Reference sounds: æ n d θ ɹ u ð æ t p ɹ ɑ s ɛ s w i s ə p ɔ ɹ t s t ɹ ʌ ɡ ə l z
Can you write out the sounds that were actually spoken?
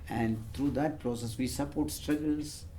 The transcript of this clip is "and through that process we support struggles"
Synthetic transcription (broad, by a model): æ n d t ɹ u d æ t p ɹ ɑ s ɛ s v i s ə p ɔ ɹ t s t ɹ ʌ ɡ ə l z